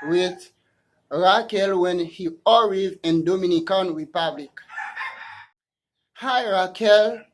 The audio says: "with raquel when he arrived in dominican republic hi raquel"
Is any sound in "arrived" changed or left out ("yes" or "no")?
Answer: yes